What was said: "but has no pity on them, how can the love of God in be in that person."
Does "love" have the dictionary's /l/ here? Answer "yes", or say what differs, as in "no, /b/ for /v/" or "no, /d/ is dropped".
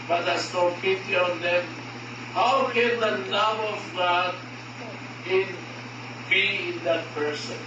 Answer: no, /n/ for /l/